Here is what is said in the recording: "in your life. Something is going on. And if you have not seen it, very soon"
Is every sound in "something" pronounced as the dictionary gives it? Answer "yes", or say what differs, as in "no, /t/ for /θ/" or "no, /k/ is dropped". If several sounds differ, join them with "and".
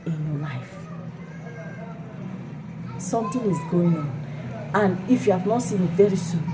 no, /t/ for /θ/